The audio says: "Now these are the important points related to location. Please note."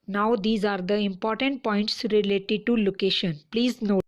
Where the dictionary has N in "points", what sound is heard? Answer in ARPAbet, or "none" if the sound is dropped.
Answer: N